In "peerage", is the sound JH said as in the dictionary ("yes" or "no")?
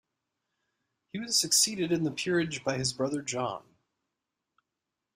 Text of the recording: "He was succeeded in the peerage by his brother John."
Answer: yes